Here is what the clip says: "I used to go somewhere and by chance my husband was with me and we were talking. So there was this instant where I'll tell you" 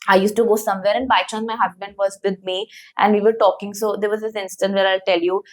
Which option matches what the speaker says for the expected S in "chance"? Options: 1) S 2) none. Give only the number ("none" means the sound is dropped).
2